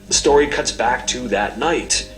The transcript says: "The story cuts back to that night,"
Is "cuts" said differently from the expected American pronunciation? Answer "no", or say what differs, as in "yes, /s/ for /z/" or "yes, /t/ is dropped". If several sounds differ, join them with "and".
no